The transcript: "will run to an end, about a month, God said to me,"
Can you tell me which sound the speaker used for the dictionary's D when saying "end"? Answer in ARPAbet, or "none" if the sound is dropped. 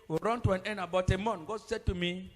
none